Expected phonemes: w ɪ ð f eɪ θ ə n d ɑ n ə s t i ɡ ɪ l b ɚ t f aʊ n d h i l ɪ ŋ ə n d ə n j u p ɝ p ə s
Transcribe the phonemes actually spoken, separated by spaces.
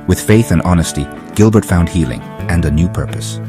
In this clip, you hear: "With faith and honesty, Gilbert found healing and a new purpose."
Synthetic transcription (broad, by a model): w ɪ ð f eɪ θ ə n ɑ n ə s t i ɡ ɪ l b ɚ t f aʊ n d h i l ɪ ŋ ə n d ə n j u p ɝ p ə s